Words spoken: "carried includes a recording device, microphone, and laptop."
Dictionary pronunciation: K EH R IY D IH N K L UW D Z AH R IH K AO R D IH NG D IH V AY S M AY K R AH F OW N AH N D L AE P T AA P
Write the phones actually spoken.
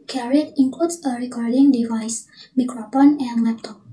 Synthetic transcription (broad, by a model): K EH R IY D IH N K L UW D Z AH R IH K AO R D IH NG D IH V AY S M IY K R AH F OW N AH N D L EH P T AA P